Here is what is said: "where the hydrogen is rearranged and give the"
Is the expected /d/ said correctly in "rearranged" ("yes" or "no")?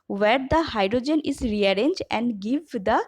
no